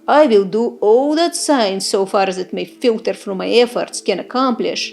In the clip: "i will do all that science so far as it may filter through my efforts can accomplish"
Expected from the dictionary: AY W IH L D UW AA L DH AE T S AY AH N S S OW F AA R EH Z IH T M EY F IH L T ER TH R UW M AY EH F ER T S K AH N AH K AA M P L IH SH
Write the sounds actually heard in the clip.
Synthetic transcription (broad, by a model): AY W IH L D UW AA L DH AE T S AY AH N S S OW F AA R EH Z IH T M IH F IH L T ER F R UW M AY EH F ER T S K AH N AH K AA M P L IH SH